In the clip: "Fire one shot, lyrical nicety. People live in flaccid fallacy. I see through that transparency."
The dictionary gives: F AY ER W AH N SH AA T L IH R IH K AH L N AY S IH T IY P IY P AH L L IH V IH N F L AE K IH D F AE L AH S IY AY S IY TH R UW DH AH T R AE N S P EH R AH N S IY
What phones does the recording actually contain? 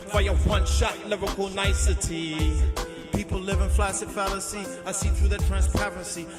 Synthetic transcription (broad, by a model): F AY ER W AH N SH AA T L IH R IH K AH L N AY S IH T IY P IY P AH L L IH V IH N F L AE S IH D F AE L AH S IY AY S IY TH R UW DH AH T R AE N S P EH R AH S IY